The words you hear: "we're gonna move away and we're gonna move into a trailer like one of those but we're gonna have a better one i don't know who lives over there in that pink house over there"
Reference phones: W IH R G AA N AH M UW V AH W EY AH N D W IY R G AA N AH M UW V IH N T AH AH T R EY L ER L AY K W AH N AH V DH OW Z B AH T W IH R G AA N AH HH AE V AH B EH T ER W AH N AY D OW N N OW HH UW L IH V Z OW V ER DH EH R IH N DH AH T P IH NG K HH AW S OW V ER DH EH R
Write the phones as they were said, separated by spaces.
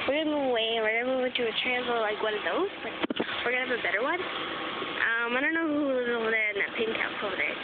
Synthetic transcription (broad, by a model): W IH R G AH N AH M UW V AH W EY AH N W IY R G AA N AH M UW V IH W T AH AH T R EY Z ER L AY K W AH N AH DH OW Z B AH T W IH R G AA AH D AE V AH B EH T ER W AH N AY D OW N N OW HH UW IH Z OW V ER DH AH R IH N DH AH T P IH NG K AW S OW V ER DH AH R